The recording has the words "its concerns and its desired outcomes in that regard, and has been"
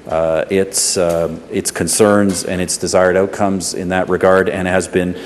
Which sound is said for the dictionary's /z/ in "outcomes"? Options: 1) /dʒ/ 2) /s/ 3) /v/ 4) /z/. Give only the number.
4